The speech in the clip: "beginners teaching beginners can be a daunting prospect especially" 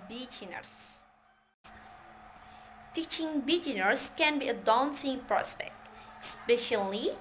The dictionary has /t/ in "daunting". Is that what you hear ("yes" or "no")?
no